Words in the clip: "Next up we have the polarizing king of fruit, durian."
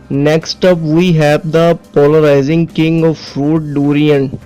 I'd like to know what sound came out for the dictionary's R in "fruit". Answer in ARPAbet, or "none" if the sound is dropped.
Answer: R